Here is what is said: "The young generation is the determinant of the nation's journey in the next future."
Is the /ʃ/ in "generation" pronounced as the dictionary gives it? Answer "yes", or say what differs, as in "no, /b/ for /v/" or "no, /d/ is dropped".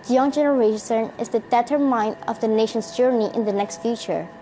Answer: no, /s/ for /ʃ/